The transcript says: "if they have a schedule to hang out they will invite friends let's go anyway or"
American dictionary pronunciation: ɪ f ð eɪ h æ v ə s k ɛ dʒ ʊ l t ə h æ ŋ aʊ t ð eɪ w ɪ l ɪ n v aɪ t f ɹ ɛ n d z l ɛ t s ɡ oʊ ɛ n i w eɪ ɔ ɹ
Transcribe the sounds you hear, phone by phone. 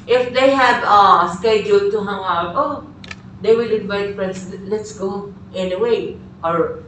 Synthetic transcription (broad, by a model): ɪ f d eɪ h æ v ə s k ɛ dʒ ʊ l t ə h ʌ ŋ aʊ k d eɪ w ɪ l ɪ n v aɪ t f ɹ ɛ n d s l ɛ t s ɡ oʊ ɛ n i w eɪ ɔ ɹ